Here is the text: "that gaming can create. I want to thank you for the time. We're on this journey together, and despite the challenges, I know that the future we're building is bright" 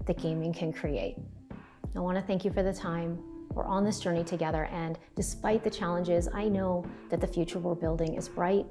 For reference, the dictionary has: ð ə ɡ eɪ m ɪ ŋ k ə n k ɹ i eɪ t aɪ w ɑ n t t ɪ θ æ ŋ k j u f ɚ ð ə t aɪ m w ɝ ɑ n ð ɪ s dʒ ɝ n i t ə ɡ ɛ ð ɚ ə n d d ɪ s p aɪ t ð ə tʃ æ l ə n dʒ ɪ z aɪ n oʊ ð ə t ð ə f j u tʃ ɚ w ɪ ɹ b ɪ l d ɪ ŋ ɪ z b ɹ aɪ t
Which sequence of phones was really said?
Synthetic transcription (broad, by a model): ð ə ɡ eɪ m ɪ ŋ k ə n k ɹ i eɪ t aɪ w ɑ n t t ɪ θ æ ŋ k j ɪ f ɚ ð ə t aɪ m w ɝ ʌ n ð ɪ s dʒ ɝ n i t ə ɡ ɛ ð ɚ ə n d d ɪ s p aɪ t ð ə tʃ æ l ə n dʒ ɪ z aɪ n oʊ ð ə t ð ə f j u tʃ ɚ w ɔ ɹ b ɪ l d ɪ ŋ ɪ z b ɹ aɪ t